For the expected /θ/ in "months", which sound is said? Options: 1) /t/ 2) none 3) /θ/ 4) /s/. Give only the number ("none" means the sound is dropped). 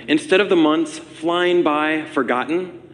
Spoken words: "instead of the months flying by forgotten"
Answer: 3